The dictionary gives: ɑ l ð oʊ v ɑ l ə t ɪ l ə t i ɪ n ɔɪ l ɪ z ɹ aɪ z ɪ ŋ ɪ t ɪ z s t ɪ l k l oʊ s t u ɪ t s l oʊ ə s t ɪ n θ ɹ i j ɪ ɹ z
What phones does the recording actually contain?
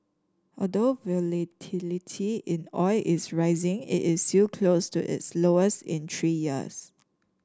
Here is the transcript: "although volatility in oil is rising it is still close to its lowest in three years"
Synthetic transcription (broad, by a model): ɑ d oʊ v ɑ l ə t ɪ l ə t i ɪ n ɔɪ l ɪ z ɹ aɪ z ɪ ŋ ɪ t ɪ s t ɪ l k l oʊ s t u ɪ t s l oʊ ə s t ɪ n t ɹ i j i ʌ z